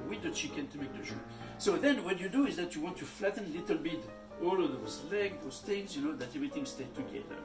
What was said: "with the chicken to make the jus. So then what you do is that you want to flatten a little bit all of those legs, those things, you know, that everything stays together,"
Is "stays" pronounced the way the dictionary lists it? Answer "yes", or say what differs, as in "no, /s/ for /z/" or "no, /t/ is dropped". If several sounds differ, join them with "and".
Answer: no, /z/ is dropped